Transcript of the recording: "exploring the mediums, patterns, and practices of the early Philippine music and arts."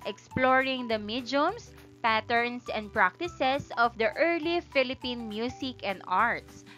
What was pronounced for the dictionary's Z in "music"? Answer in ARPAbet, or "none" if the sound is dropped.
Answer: S